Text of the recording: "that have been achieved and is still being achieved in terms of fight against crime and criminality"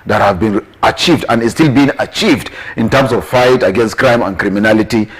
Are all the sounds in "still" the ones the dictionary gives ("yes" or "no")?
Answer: yes